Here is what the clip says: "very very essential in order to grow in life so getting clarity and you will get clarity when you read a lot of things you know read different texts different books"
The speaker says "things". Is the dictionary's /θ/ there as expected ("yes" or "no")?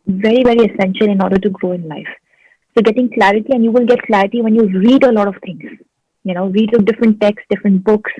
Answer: no